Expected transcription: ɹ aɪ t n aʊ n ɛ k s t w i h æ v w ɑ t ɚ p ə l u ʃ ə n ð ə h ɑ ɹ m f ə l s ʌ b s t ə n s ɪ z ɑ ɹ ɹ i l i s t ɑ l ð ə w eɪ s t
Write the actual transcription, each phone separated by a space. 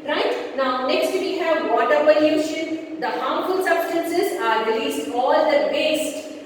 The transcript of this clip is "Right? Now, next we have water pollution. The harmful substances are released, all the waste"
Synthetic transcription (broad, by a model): ɹ aɪ t n aʊ n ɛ k s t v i h æ v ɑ t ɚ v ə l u ʃ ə n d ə h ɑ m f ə l s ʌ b s t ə n s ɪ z ɑ ɹ ɹ i l i s t ɑ l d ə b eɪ s t